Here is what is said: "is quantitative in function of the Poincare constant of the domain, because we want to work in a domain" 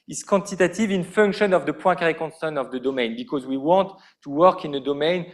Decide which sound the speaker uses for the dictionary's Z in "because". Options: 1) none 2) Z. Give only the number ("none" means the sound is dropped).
2